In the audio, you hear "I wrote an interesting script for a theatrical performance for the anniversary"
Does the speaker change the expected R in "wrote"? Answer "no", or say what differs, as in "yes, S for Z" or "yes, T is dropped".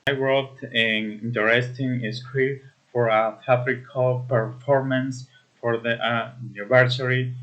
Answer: yes, W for R